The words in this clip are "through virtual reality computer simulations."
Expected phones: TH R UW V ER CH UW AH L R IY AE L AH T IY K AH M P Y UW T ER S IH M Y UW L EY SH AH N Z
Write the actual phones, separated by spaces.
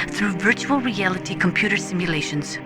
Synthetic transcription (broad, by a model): TH R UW V ER CH UW AH L R IY AE L AH T IY K AH M P Y UW T ER S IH M Y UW L EY SH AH N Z